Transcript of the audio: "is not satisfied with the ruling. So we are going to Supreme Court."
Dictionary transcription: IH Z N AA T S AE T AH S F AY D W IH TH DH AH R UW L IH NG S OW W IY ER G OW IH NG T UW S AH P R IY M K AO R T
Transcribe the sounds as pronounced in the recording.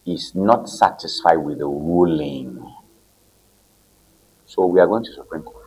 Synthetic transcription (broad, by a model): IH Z N AA T S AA T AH S F AY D W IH DH AH R UW L IH NG S OW W IY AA G OW IH NG T UW S AH P R IY M K AO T